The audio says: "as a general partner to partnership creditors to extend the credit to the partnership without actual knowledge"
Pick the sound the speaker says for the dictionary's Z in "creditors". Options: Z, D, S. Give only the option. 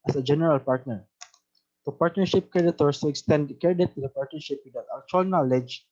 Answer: S